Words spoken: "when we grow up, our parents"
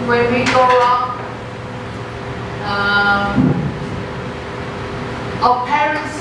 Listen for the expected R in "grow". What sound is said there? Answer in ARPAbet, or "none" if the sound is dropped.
none